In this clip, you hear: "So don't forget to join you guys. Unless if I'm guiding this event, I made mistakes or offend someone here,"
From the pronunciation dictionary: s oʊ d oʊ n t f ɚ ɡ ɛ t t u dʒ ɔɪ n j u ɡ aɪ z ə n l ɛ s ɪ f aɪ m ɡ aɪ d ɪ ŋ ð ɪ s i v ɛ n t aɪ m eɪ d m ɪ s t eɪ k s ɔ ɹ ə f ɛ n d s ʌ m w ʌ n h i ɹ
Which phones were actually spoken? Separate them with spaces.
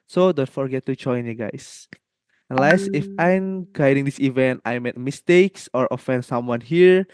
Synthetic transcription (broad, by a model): s oʊ d oʊ n t f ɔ ɡ ɛ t t u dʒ ɔɪ n j u ɡ aɪ s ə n l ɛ s ɪ f aɪ m ɡ aɪ d ɪ ŋ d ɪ s i v ɛ n t aɪ m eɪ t m ɪ s t eɪ k s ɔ ɹ ə f ɛ n d s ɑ m w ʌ n h i ɹ